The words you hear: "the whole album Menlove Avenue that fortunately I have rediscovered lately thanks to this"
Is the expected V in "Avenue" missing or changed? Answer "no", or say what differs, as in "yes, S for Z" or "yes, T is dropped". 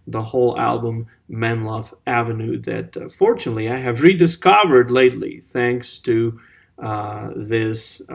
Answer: no